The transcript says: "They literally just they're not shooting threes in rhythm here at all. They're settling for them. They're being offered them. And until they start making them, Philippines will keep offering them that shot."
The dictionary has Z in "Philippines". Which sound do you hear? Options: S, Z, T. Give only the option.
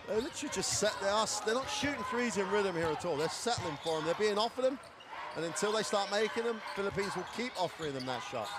Z